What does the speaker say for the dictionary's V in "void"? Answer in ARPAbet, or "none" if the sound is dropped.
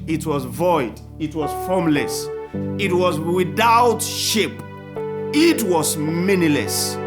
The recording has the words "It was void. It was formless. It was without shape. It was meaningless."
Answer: V